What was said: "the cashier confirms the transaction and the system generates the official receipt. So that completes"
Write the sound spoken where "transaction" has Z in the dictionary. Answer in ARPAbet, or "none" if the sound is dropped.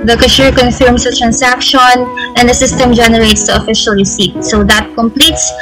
S